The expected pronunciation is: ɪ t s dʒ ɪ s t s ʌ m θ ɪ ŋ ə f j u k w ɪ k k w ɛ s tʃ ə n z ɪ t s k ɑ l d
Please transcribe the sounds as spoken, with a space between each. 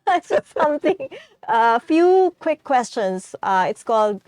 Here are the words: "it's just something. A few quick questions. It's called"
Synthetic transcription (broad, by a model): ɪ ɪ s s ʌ m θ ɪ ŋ ə f j u k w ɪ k k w ɛ s tʃ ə n s ɪ t s k ɑ l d